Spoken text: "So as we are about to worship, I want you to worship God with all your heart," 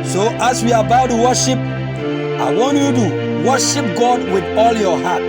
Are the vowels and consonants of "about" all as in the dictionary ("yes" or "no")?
no